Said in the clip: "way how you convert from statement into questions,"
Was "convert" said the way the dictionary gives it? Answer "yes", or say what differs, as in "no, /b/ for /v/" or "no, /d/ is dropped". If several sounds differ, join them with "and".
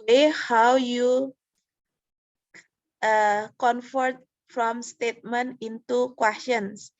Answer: no, /f/ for /v/